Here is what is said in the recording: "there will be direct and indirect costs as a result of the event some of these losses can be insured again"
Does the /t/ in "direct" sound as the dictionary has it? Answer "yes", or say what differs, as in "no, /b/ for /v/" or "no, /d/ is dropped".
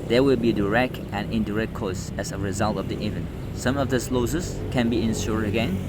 yes